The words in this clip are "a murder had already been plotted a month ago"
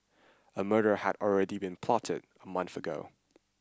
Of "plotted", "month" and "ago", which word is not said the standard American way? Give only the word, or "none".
none